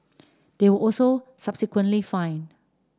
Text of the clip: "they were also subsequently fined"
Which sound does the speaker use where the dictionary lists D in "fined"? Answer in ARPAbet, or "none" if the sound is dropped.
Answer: none